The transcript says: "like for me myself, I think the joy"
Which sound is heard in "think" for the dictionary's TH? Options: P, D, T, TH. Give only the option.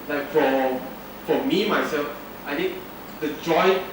T